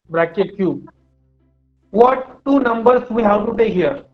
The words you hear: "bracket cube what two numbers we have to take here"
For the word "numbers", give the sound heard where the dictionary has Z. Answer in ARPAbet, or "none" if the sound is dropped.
S